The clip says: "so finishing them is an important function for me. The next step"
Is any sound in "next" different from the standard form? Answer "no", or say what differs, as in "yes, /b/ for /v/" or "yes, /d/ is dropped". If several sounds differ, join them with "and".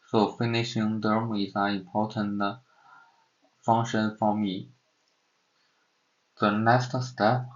yes, /k/ is dropped